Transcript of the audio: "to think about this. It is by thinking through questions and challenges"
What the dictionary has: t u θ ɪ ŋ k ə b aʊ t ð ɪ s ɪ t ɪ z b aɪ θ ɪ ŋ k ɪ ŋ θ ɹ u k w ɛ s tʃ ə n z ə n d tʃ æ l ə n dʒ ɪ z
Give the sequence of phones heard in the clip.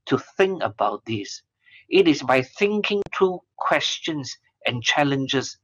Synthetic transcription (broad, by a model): t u θ ɪ ŋ k ə b aʊ t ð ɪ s ɪ t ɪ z b aɪ θ ɪ ŋ k ɪ ŋ t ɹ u k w ɛ s tʃ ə n s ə n tʃ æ l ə n dʒ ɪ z